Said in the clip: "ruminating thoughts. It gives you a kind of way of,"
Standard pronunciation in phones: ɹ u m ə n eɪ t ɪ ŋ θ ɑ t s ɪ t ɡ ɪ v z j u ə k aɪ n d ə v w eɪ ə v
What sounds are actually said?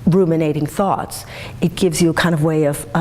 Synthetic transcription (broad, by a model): ɹ u m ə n eɪ t ɪ ŋ θ ɑ t s ɪ t ɡ ɪ v z j ə k aɪ n d ə v w eɪ ə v